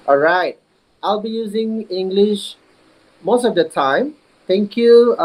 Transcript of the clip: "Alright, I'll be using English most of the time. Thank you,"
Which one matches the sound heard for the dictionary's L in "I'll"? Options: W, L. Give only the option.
L